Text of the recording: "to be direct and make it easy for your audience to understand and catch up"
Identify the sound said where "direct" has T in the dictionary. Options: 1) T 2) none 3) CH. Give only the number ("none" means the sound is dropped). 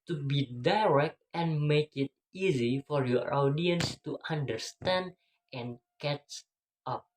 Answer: 1